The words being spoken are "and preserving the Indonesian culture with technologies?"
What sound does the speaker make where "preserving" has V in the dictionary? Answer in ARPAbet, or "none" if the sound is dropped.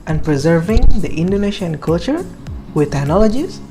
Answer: V